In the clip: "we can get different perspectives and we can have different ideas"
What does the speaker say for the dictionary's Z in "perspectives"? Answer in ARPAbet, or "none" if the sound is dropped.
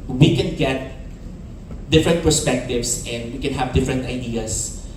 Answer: S